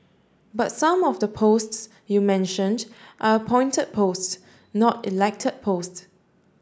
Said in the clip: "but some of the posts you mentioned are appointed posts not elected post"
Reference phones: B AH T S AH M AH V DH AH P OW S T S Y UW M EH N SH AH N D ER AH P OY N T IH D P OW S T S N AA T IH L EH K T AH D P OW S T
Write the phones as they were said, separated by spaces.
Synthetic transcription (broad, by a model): B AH T S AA M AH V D AH P OW S T S Y UW M EH N SH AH N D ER AH P OY N T IH D P OW S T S N AA T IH L EH K T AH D P OW S T